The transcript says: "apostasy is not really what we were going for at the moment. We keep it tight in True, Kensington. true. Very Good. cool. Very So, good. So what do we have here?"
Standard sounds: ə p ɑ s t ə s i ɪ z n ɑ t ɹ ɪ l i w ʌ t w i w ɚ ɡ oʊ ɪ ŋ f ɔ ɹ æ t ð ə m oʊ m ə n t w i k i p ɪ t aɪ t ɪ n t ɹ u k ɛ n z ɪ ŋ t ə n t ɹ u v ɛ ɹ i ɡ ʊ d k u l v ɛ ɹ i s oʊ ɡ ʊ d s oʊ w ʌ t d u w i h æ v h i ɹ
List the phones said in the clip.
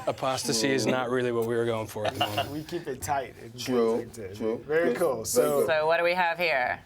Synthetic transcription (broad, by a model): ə p ɑ s t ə s i ɪ z n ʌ t ɹ ɪ l i w ʌ t w i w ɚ ɡ oʊ ɪ ŋ f ɔ ɹ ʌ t ð ə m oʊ ə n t w i k i p ɪ t aɪ t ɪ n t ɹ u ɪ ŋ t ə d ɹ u v ɛ ɹ i k u l s oʊ ʊ s oʊ w ʌ t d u w i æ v h i ɹ